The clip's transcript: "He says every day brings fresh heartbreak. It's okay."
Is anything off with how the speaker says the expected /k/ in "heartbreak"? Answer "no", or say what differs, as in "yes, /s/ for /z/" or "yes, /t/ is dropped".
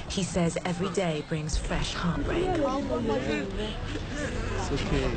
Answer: yes, /k/ is dropped